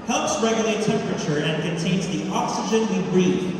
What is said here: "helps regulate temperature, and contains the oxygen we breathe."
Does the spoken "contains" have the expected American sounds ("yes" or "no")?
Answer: yes